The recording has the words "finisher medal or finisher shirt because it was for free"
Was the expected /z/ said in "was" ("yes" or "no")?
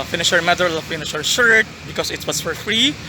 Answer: no